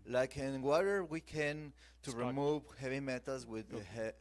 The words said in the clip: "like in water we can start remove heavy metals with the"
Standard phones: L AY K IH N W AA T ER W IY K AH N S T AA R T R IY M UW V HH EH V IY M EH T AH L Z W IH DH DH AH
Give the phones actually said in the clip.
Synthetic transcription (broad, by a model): L AY K IH N W AA T ER W IY K AH N T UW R R IY M UW V HH EH V IY M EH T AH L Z W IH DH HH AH